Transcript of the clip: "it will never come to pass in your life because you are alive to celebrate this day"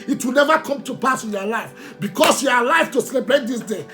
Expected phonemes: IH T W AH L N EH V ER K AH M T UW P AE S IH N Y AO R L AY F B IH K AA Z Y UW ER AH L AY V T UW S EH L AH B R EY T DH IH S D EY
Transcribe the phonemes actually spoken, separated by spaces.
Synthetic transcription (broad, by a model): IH T W AH L N EH V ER K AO M T UW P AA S IH N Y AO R L AY F B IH K AA S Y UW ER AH L AY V T UW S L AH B EY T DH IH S D EY